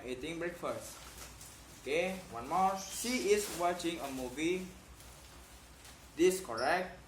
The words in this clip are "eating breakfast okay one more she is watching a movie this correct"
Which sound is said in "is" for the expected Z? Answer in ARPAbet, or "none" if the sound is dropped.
S